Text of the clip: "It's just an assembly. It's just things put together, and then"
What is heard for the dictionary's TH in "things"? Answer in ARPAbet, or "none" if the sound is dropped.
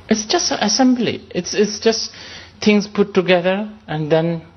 T